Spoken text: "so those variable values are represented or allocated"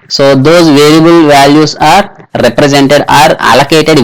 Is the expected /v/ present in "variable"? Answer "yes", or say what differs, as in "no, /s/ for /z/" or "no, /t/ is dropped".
yes